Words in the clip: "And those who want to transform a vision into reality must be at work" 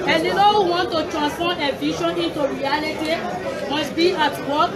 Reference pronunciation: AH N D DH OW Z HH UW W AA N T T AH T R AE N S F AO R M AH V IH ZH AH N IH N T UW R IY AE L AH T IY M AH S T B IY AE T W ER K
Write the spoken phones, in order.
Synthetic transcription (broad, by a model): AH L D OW HH UW W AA N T T AH T R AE N S F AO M AH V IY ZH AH N IH N T UW R IY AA L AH T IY M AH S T B IY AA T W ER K